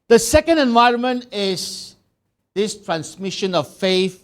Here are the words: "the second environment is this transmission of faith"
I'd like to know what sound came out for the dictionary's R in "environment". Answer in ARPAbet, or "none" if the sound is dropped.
R